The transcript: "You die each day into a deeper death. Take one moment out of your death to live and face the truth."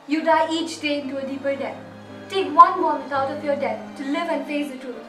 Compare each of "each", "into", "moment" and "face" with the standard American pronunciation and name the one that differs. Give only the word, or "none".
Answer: moment